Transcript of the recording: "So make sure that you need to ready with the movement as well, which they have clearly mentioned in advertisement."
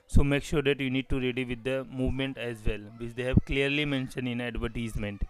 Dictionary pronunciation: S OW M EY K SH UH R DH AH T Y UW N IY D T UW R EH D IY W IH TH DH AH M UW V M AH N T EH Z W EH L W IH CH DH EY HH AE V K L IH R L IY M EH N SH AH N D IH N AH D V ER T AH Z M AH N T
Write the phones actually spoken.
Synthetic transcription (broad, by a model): S OW M EY K SH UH R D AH T Y UW N IY D T UW R EH D IY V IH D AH M UW V M AH N T EH Z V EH L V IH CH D EY HH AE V K L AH R L IY M EH N SH AH N D IH N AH D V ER T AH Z M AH N T